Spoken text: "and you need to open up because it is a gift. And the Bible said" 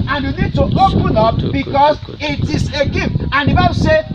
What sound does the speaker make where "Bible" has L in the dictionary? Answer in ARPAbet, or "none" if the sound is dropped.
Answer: W